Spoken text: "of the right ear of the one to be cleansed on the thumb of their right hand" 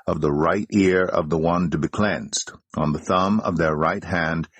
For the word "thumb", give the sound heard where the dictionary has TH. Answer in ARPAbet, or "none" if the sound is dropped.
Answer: TH